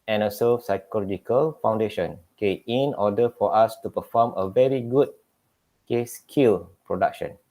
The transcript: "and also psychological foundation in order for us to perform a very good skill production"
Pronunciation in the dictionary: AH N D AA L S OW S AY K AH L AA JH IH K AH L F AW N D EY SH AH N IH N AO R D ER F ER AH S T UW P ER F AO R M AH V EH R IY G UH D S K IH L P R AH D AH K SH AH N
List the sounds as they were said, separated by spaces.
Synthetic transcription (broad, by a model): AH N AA S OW S AY K AH L AA JH IH K AH L F AW N D EY SH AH N IH N AO D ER F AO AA S T UW P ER F AO M AH V EH R IY G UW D S K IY L P R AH D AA K SH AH N